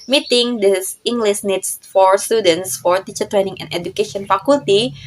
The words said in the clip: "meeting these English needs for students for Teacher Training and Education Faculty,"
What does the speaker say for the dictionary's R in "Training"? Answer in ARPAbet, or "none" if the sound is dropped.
R